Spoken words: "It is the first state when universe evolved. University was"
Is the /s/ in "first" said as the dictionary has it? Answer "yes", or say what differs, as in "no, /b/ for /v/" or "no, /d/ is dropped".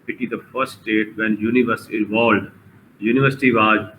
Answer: no, /s/ is dropped